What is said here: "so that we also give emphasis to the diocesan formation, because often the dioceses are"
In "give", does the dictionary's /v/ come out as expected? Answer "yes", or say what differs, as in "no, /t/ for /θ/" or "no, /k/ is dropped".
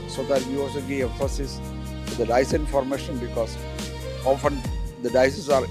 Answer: no, /v/ is dropped